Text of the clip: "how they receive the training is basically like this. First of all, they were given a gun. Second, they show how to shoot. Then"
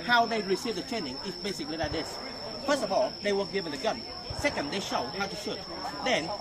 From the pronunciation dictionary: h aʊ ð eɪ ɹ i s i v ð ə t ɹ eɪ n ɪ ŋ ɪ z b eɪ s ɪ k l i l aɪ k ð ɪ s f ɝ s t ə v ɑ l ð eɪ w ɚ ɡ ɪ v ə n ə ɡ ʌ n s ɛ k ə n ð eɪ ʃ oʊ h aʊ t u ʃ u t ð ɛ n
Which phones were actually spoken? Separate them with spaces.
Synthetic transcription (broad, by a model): h aʊ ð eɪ ɹ i s i v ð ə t eɪ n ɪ ŋ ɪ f b eɪ s ɪ k l i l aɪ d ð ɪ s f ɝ s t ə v ɑ l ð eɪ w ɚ ɡ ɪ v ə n ə ɡ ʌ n s ɛ k ə n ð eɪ ʃ oʊ h aʊ t u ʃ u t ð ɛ n